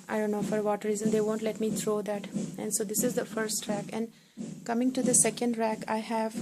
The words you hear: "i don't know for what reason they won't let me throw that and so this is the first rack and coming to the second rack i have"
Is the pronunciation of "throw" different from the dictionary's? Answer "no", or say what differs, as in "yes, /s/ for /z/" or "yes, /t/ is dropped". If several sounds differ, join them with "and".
yes, /t/ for /θ/